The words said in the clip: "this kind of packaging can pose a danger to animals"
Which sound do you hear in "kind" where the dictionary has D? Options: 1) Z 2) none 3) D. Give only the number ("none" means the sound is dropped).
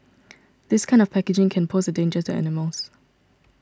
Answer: 3